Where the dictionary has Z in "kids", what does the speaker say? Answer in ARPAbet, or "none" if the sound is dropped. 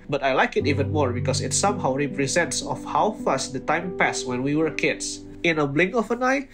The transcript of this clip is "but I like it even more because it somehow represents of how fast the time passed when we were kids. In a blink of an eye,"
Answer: S